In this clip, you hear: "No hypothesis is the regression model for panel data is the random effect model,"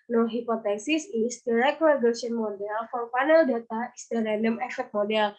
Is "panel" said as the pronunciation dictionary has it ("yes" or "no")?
no